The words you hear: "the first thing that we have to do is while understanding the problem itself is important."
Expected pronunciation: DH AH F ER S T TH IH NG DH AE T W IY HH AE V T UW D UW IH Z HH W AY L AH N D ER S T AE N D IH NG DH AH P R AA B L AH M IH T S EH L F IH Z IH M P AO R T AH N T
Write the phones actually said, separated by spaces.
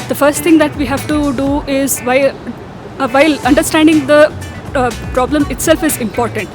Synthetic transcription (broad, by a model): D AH F ER S T T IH NG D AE T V IY HH AE V T UW D UW IH Z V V AY L AH N D ER S T AE N D IH NG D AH P R AA B L AH M IH T S EH L F IH Z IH M P AO R T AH N T